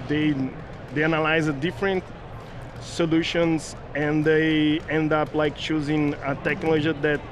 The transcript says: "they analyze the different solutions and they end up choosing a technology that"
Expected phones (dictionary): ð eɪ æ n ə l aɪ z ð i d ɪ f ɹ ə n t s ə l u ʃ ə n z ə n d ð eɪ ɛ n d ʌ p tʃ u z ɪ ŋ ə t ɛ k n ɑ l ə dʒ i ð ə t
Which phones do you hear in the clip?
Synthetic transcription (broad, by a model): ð eɪ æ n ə l aɪ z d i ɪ f ɹ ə n t s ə l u ʃ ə n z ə n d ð eɪ ɛ n d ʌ p tʃ u z ɪ ŋ ə t ɛ k n ɑ l ə dʒ i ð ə t